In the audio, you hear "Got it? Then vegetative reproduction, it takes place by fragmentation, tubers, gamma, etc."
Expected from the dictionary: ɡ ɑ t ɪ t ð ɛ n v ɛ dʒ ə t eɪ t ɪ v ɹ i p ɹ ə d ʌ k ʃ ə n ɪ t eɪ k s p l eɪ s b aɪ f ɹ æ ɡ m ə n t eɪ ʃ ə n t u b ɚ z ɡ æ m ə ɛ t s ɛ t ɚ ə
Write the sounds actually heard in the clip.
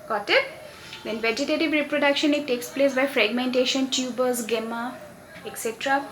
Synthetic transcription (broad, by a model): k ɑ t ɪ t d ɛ n v ɛ dʒ ə t eɪ t ɪ v ɹ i p ɹ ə d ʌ k ʃ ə n ɪ t eɪ k s p l eɪ s b aɪ f ɹ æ ɡ m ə n t eɪ ʃ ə n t u b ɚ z ɡ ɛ m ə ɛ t s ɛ t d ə